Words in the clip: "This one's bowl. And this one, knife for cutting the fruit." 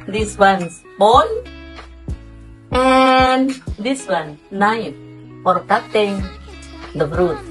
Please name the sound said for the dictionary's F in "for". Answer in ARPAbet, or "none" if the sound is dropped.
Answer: P